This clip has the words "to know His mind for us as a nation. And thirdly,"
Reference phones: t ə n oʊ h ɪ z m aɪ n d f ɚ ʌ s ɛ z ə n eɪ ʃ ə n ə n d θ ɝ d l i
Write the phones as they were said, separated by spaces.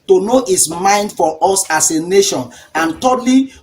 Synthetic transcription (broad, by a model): t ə n oʊ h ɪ s m aɪ n d f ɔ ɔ s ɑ s ə n eɪ ʃ ə n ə n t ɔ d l i